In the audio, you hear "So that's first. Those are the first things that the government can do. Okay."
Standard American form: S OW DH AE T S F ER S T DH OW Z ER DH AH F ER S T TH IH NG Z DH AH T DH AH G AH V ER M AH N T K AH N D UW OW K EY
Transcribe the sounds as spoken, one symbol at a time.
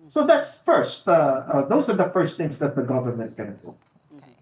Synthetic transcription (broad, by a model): S OW DH AE T S F ER S T DH OW Z ER DH AH F ER S T TH IH NG Z DH AH T DH AH G AH V ER M AH N T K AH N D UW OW